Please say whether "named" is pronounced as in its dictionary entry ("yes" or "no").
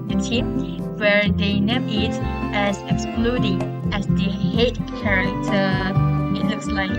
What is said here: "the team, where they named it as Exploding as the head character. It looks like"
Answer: no